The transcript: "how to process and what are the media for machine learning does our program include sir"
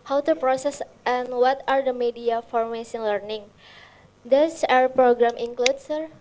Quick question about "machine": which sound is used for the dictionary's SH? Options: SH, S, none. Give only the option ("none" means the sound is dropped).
S